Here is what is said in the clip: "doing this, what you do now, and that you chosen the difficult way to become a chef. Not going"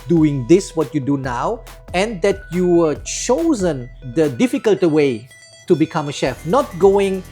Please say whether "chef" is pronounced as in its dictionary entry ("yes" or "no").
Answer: yes